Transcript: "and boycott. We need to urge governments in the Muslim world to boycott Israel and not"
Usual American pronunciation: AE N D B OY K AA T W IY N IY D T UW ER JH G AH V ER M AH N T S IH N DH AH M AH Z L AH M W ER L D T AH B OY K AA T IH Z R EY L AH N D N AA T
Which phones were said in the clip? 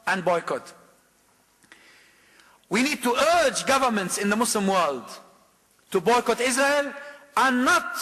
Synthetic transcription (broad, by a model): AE N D B OY K AA T W IY N IY D T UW ER JH G AH V ER M AH N T S IH N DH AH M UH S L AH M W ER L D T AH B OY K AA T IH Z R EY L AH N N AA T